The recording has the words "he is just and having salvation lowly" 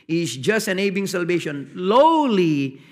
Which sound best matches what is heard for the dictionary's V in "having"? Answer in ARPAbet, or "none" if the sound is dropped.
B